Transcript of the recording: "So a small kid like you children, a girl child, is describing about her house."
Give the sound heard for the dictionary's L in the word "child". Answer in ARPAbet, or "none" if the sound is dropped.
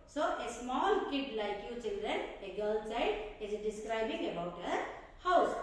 none